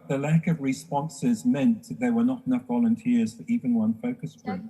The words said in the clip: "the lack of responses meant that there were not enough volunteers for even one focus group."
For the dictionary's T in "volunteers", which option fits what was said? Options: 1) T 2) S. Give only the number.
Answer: 1